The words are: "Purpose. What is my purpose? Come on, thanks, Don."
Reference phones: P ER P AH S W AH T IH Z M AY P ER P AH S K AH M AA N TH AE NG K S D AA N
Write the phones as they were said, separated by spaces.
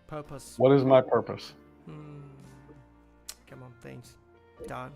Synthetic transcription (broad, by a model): P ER P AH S W AH T IH Z M AY P ER P AH S K AH M AA N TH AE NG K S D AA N